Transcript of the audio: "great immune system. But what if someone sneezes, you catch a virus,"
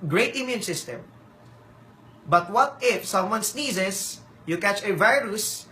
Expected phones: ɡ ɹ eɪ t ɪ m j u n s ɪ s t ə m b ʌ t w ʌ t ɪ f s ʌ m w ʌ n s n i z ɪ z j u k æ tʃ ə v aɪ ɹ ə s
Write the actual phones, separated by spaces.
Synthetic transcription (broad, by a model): ɡ ɹ eɪ t ɪ m j u n s ɪ s t ə m b ʌ t w ʌ t ɪ f s ʌ m w ʌ n s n i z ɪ s j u k æ tʃ ə v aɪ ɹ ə s